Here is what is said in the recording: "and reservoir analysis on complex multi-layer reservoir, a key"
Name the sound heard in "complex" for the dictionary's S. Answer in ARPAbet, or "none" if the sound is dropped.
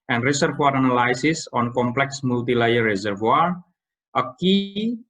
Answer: S